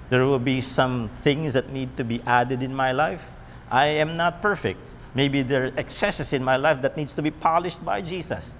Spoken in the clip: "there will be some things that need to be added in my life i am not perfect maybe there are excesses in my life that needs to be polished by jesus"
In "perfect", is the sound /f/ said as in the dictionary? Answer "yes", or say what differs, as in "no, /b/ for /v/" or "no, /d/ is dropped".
yes